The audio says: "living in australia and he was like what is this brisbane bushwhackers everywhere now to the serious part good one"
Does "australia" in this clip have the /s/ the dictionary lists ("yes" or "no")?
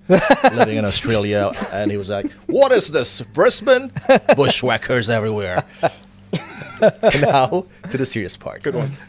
yes